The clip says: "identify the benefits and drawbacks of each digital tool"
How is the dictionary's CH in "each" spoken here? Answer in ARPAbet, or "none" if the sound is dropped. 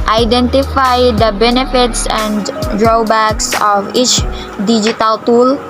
CH